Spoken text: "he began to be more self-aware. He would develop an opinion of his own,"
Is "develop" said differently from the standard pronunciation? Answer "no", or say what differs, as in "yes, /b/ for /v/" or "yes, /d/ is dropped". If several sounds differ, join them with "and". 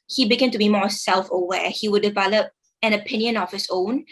no